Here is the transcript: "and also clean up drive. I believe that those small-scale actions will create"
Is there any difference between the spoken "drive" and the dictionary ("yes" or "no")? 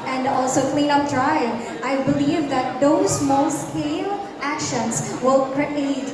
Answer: yes